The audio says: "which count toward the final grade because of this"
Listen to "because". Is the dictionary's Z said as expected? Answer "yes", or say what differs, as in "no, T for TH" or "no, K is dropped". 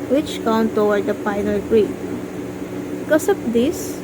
no, S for Z